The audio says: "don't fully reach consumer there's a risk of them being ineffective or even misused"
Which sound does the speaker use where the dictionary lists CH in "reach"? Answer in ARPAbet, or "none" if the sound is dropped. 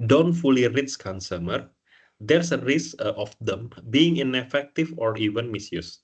S